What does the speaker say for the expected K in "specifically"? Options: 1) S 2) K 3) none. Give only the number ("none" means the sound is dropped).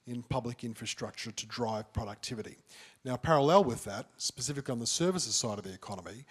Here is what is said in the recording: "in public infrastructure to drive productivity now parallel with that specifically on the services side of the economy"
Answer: 2